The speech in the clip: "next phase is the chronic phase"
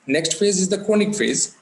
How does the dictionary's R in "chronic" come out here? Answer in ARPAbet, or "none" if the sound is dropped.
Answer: none